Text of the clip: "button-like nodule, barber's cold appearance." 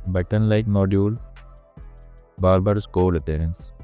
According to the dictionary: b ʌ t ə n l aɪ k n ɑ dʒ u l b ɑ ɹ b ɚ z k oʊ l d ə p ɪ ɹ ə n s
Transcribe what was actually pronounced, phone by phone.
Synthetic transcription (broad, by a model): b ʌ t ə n l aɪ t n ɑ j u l b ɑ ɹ b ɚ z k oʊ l ə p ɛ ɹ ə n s